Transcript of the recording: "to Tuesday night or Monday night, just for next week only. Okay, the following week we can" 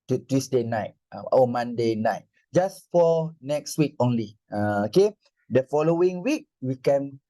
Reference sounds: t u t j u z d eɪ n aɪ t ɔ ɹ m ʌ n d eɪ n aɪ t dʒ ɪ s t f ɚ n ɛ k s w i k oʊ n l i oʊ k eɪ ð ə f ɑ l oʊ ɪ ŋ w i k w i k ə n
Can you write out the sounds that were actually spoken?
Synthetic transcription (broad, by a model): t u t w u s d eɪ n aɪ t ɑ w m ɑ n d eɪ n aɪ t dʒ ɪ s f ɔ n ɛ k s w i k oʊ n l i oʊ k eɪ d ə f ɑ l oʊ ɪ ŋ w i k w i k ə n